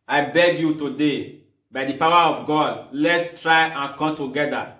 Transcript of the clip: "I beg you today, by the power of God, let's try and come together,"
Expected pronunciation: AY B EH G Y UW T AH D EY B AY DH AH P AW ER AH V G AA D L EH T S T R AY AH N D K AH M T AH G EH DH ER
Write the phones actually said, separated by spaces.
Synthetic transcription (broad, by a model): AY B EH G Y UW T AH D EY B AY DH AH P AW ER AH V G AA D L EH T T R AY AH N K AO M T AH G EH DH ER